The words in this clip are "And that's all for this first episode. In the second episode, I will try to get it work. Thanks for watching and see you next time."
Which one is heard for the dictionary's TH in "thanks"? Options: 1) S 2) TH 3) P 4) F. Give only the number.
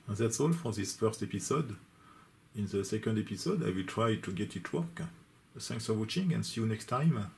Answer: 1